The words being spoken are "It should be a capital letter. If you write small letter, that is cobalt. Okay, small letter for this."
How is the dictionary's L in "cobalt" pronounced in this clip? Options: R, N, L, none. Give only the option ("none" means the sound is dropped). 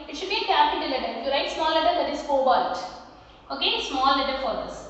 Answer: none